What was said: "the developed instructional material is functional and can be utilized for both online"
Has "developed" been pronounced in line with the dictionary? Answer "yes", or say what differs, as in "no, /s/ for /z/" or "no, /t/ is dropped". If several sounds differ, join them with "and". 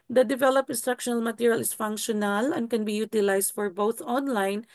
no, /t/ is dropped